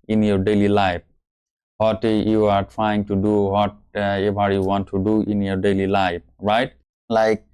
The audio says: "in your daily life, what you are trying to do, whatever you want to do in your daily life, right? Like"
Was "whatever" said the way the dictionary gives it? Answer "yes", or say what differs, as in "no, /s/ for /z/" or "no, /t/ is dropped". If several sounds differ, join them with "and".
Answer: no, /b/ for /v/